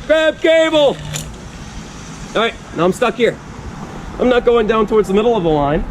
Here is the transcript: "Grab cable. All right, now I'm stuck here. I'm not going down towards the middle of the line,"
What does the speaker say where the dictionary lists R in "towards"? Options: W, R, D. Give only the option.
R